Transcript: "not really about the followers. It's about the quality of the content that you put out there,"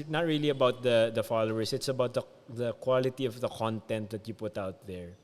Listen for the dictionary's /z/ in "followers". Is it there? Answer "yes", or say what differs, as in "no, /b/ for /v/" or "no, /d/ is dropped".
no, /s/ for /z/